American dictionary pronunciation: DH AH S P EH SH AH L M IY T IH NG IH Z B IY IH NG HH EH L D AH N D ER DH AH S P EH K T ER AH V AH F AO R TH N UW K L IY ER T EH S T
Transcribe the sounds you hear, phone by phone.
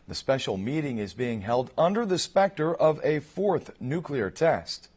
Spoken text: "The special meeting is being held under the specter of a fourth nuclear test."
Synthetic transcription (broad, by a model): DH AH S P EH SH L M IY T IH NG IH Z B IY IH NG HH EH L D AH N D ER DH AH S P EH K T ER AH V AH F AO R TH N UW K L IY ER T EH S T